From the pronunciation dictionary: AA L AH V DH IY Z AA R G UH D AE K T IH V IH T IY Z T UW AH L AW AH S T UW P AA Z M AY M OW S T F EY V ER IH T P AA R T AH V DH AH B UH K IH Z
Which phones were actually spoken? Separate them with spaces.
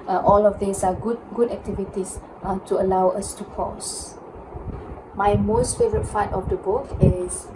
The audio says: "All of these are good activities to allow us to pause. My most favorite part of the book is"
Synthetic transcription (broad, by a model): AA L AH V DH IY S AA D G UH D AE K T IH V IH T IY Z T UW AH L AW AH S T UW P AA S M AY M OW S T F EY V ER IH T F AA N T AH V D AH B UH K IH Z